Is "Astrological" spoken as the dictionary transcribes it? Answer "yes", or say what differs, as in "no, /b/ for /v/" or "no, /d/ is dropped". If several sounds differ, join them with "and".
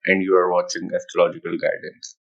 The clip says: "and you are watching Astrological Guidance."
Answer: no, /ɹ/ is dropped